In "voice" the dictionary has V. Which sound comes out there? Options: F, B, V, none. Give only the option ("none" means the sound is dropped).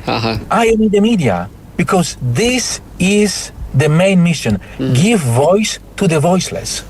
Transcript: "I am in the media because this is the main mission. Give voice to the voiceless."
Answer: V